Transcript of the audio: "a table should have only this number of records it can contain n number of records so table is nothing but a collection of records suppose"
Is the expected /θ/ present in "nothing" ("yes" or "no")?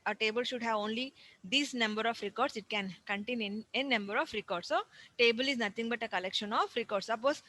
no